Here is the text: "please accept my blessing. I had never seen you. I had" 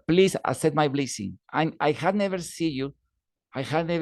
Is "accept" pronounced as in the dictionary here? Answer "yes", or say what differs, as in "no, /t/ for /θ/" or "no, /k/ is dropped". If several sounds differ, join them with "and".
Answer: no, /k/ is dropped and /p/ is dropped